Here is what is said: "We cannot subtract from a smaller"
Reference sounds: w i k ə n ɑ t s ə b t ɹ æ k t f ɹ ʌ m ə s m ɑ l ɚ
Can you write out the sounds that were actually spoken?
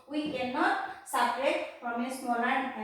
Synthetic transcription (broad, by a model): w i k ə n ɑ t s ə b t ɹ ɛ t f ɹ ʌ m ə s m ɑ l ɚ